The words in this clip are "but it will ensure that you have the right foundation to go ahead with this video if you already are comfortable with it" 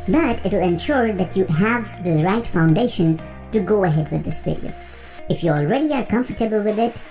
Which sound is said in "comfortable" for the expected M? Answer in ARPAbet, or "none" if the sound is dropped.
M